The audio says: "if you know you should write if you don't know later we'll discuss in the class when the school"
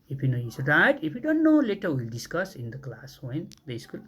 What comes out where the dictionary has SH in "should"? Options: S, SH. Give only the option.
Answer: S